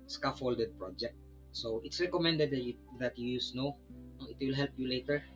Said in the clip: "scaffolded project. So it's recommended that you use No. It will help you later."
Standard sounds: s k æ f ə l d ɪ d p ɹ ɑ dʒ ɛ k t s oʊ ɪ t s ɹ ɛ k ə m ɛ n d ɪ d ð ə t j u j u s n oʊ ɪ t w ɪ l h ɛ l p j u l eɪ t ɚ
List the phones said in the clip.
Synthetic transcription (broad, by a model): s k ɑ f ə l d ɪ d p ɹ ɑ dʒ ɛ k t s oʊ ɪ t s ɹ ɛ k ə m ɛ n d ɪ d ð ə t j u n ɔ n oʊ ɪ t w ɪ l h ɛ l p j u l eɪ t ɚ